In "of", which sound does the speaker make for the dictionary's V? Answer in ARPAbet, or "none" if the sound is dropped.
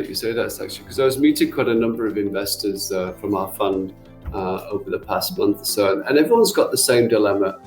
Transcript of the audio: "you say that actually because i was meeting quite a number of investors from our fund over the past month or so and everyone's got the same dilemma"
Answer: V